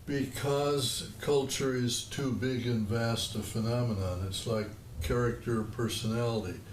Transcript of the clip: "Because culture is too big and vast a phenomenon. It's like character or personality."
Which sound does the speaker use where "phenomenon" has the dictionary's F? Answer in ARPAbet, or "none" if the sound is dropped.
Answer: F